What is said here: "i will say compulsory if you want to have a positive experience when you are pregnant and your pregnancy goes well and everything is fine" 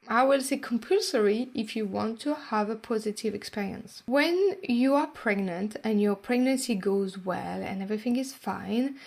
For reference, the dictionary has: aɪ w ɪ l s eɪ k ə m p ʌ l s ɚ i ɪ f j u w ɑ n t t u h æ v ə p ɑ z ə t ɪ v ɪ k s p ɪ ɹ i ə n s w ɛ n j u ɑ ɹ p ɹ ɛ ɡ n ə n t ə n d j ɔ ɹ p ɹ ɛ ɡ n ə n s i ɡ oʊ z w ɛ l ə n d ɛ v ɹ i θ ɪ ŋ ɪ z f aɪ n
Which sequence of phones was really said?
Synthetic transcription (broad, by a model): aɪ w ɪ l s eɪ k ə m p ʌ l s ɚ i ɪ f j u w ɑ n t t u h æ v ə p ɑ z ə t ɪ v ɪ k s p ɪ ɹ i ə n s w ɛ n j u ɑ ɹ p ɹ ɛ ɡ n ə n t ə n j ɔ ɹ p ɹ ɛ ɡ n ə n s i ɡ oʊ z w ɛ l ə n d ɛ v ɹ i θ ɪ ŋ ɪ z f aɪ n